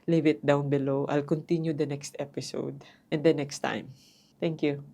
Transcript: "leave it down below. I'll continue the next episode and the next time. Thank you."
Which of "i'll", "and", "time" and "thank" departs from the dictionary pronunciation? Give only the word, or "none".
thank